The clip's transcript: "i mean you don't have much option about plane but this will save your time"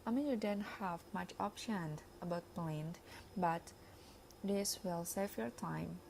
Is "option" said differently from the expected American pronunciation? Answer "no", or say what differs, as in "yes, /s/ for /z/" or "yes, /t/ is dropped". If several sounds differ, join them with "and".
no